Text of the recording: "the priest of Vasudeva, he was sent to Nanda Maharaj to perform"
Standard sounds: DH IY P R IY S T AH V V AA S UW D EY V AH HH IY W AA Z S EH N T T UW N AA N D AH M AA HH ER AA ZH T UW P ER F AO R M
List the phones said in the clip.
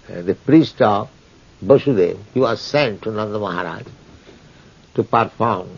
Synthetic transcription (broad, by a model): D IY P R IY S T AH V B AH SH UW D EY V HH IY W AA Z S EH N T T UW N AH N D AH M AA HH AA AA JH T UW P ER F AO R M